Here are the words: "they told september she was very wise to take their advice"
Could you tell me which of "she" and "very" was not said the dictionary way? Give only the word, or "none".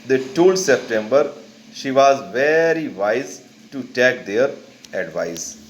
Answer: none